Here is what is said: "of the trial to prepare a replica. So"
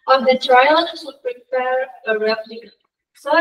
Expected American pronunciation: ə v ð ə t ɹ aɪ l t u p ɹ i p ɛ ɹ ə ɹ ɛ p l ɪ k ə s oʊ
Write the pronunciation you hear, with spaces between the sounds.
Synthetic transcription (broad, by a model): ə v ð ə t ɹ aɪ l s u p ɹ i p ɛ ɹ ə ɹ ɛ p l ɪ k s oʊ